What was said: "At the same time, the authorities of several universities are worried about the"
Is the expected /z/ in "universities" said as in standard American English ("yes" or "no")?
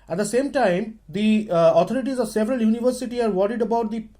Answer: no